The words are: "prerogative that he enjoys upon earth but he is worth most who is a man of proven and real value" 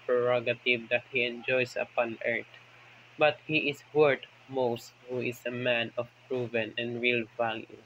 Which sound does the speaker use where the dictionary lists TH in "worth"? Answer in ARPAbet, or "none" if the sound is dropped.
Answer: T